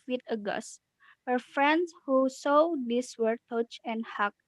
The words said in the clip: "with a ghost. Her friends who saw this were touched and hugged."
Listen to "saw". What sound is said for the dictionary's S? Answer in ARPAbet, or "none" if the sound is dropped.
S